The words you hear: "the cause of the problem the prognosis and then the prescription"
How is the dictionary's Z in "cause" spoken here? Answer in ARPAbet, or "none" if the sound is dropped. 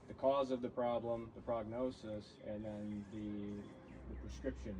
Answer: Z